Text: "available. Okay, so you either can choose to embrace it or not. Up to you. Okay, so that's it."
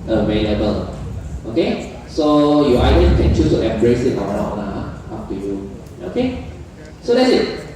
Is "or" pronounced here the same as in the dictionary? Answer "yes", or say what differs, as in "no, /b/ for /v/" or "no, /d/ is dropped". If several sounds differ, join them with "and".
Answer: no, /w/ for /ɹ/